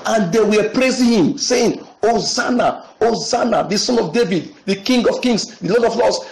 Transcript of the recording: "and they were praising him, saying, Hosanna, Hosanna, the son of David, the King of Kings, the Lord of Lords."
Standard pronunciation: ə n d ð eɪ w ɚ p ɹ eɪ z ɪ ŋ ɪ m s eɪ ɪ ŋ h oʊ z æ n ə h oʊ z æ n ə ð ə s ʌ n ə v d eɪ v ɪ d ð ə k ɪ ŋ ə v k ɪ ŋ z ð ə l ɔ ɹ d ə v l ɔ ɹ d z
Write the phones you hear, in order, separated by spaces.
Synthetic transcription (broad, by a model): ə n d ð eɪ w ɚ p ɹ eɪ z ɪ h ɪ m s eɪ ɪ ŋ oʊ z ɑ n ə oʊ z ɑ n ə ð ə s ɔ n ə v d eɪ v ɪ d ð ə k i ŋ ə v k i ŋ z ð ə l ɔ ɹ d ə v l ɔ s